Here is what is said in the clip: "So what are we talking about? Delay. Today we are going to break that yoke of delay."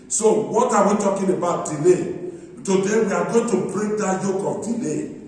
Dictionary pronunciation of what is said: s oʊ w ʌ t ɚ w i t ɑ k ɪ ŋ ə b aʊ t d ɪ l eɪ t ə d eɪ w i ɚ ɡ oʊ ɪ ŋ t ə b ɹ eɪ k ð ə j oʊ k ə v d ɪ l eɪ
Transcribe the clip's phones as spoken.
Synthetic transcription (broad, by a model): s oʊ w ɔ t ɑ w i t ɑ k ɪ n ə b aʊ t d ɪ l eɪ t ə d eɪ w i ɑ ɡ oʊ t ə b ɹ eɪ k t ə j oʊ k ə p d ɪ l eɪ